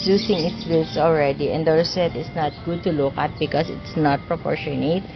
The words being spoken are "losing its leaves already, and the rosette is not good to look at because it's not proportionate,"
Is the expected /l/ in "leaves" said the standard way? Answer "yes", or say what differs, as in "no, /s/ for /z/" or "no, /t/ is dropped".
no, /w/ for /l/